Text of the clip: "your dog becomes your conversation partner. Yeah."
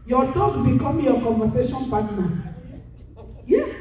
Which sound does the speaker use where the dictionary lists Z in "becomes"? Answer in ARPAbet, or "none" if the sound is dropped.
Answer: none